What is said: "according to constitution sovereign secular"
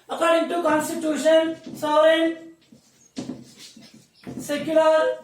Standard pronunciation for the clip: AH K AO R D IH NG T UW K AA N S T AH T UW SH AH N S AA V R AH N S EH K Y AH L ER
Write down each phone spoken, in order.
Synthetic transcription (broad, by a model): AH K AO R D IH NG T UW K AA N S T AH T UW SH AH N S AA R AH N S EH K Y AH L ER